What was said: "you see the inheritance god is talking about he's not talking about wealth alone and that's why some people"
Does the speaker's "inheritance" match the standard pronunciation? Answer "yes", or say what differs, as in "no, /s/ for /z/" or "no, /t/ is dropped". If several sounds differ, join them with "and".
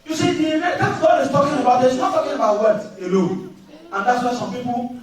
no, /l/ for /ɹ/